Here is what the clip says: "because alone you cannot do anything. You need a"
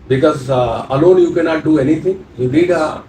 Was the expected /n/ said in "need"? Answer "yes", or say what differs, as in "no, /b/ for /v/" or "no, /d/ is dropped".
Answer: no, /l/ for /n/